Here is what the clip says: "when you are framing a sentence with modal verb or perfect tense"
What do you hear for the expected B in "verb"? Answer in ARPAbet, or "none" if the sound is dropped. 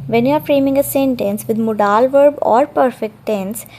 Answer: B